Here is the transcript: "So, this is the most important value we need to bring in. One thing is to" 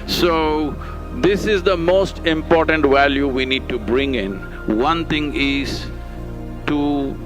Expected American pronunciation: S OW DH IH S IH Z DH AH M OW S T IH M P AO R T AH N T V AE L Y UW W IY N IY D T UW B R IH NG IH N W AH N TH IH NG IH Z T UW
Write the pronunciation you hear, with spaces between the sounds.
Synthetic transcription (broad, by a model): S OW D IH S IH Z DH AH M OW S T IH M P AO R T AH N T V AE L Y UW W IY N IY D T UW B R IH NG IH N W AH N T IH NG IH Z T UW